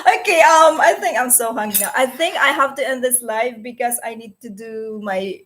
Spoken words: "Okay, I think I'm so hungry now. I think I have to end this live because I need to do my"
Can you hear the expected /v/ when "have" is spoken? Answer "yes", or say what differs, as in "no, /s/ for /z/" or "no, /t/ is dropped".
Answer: no, /f/ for /v/